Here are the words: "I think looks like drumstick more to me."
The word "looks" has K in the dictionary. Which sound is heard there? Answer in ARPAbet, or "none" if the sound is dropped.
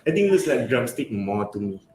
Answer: none